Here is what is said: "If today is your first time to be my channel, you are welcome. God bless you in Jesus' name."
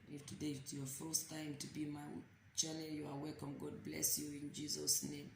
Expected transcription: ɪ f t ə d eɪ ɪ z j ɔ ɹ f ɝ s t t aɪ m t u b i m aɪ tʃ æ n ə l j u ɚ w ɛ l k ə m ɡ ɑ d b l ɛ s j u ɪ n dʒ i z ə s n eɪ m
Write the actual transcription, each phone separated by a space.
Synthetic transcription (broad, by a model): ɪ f t ə d eɪ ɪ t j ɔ f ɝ s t t aɪ m t u b i m aɪ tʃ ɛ l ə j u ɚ w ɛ k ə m ɡ ɑ d b l ɛ s j u ɪ n dʒ i z ə s n eɪ m